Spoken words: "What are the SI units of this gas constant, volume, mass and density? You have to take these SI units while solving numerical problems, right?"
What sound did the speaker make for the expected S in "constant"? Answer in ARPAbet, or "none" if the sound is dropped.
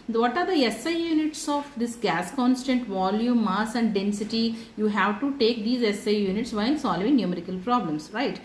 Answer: S